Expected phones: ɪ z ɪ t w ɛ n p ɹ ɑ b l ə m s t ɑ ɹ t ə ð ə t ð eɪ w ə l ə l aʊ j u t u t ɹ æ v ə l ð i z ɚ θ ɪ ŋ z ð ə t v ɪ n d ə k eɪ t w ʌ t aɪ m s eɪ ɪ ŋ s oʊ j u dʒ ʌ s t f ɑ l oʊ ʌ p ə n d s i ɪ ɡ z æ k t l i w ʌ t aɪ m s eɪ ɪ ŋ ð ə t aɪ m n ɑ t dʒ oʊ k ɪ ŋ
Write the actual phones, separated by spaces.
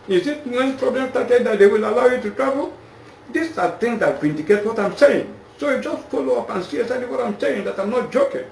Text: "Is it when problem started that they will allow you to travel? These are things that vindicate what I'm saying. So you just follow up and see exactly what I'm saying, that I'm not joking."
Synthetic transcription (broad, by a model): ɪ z ɪ t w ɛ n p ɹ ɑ b l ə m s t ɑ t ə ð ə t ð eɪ w ə l ə l aʊ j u t u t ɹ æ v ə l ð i s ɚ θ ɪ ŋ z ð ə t v ɪ n d ə k eɪ t w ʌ t aɪ m s eɪ ɪ ŋ s oʊ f dʒ ʌ s t f ɑ l oʊ ʌ p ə n s i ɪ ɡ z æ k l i w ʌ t aɪ m s eɪ ɪ ŋ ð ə t aɪ m n ɑ t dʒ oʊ k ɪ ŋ